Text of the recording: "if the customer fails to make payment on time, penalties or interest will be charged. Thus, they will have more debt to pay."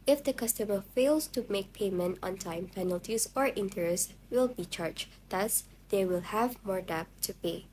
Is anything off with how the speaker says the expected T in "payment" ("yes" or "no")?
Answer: no